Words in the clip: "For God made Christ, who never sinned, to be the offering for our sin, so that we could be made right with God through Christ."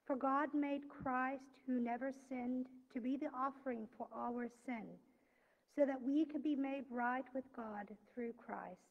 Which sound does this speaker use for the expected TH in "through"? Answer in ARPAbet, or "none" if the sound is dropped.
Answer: TH